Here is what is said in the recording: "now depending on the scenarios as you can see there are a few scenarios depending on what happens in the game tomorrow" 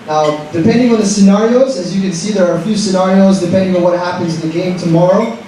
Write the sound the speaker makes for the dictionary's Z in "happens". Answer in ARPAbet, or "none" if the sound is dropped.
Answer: Z